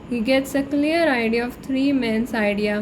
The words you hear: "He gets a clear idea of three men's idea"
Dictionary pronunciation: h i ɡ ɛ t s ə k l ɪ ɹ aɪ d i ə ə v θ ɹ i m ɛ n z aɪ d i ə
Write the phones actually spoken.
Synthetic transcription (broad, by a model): h i ɡ ɛ t s ə k l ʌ ɹ aɪ d i ə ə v t ɹ i m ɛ n s aɪ d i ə